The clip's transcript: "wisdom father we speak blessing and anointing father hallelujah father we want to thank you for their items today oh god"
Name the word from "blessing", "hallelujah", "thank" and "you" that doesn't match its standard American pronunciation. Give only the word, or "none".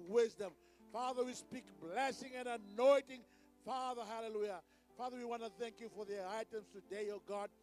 none